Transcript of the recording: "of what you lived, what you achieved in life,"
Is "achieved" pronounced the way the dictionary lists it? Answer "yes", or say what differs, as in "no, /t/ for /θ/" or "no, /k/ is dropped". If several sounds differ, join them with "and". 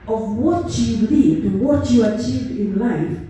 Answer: yes